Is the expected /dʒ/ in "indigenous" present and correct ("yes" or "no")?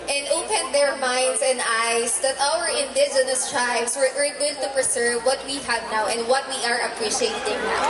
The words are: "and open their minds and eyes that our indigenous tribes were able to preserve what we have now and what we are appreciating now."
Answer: no